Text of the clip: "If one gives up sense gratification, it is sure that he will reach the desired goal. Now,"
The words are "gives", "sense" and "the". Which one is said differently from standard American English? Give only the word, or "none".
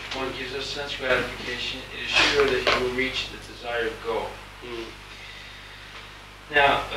none